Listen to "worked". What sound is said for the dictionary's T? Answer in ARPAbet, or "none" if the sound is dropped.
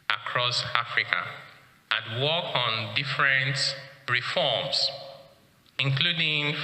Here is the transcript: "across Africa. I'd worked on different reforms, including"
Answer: none